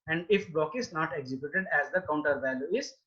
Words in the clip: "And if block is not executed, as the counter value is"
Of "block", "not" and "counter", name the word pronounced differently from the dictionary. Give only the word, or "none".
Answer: block